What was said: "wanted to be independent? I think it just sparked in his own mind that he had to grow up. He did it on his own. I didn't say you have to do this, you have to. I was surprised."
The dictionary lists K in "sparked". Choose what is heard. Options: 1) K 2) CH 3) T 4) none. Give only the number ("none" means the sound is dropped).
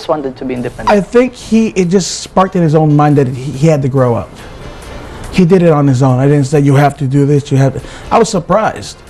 1